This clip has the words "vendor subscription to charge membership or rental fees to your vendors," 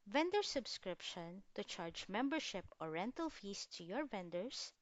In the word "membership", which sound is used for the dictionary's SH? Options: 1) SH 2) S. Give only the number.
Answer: 1